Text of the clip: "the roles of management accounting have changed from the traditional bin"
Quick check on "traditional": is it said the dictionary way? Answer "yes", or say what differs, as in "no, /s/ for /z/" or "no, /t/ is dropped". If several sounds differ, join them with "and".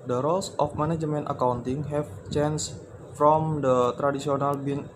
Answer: no, /s/ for /ʃ/